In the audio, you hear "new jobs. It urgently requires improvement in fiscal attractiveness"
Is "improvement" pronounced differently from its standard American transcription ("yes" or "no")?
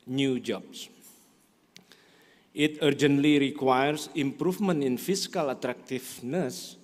yes